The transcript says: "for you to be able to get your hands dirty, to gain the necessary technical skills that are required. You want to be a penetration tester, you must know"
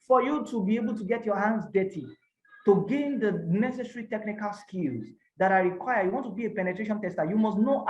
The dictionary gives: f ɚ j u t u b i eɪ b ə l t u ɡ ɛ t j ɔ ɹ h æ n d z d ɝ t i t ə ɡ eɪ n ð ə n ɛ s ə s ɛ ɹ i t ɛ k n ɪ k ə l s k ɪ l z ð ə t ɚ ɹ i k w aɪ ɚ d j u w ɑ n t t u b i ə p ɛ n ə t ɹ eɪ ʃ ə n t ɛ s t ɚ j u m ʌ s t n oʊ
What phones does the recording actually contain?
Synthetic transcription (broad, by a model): f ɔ j u t u b i eɪ b ə l t u ɡ ɛ t j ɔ h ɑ n d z d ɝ t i t ə ɡ eɪ n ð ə n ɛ s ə s ɹ i t ɛ k n ɪ k ə l s k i l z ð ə t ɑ ɹ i k w aɪ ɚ j u w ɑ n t t u b i ə p ɛ n ə t ɹ eɪ ʃ ə n t ɛ s t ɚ j u m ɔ s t n oʊ